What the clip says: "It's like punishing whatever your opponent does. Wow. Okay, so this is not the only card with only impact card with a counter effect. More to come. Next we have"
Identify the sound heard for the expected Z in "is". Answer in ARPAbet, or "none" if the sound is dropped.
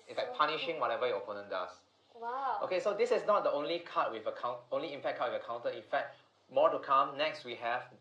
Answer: S